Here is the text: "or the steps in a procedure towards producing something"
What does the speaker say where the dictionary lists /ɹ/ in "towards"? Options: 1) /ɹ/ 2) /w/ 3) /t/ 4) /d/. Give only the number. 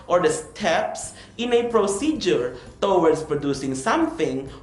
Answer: 2